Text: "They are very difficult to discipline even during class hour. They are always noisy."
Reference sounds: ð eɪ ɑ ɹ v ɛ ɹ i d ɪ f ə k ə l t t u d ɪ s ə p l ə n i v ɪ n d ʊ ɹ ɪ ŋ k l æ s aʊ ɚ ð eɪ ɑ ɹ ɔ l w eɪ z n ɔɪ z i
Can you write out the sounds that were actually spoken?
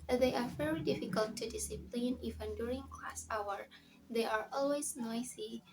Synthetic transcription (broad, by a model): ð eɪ ɑ ɹ v ɛ ɹ i d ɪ f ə k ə l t t u d ɪ s ə p l ə n i v ɪ n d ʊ ɹ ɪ ŋ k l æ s aʊ ɚ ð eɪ ɑ ɹ ɔ l w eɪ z n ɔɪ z i